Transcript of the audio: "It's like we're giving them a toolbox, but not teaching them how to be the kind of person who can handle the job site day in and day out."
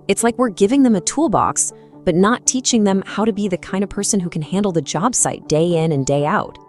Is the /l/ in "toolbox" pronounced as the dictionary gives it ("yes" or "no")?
yes